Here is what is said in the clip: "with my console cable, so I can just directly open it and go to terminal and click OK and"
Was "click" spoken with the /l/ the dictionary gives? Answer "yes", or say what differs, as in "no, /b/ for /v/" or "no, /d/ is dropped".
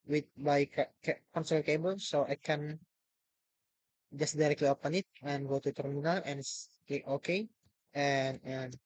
no, /l/ is dropped